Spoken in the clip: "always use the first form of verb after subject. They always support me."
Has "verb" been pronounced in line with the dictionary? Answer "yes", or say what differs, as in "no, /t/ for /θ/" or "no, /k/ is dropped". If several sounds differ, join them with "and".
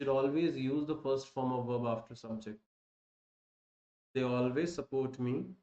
yes